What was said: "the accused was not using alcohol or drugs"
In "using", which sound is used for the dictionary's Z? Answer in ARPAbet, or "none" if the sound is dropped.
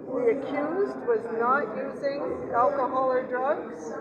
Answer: Z